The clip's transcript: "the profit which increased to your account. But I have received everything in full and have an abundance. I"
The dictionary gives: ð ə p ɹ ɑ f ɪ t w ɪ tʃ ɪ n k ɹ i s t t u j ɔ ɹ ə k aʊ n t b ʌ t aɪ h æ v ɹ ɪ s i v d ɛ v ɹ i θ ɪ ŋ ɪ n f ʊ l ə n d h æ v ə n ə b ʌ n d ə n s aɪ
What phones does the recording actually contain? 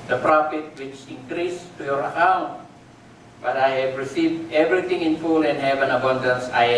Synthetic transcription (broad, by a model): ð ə p ɹ ɑ f ɪ t w ɪ tʃ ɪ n k ɹ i s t t u j ɔ ɹ ə k aʊ n t b ʌ t aɪ h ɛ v ɹ ɪ s i v d ɛ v ɹ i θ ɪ ŋ ɪ n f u l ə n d h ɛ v ə n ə b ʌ n d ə n s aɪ